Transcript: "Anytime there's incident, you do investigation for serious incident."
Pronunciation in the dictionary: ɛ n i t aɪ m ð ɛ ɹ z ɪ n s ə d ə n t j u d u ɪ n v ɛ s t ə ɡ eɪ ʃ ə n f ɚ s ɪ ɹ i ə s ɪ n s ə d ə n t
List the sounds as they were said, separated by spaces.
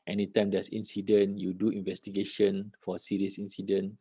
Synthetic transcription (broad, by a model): ɛ n i t aɪ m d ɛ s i n s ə d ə n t j u d u ɪ n v ɛ s t ə ɡ eɪ ʃ ə n f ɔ s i ɹ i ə s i n s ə d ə n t